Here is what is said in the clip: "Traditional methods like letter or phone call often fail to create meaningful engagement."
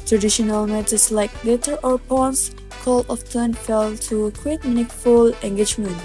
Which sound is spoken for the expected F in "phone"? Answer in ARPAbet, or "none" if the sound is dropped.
P